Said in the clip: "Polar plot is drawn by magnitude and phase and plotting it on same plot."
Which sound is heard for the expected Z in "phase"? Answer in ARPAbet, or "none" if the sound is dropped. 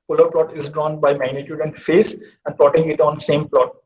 S